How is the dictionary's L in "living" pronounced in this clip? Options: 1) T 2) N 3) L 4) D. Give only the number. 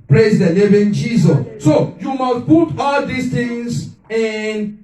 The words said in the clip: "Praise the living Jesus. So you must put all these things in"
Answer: 2